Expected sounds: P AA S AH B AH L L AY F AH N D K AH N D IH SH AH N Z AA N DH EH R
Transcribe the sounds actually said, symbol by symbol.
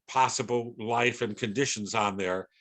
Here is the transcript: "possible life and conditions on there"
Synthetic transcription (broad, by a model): P AA S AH B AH L L AY F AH N K AH N D IH SH AH N Z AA N DH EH R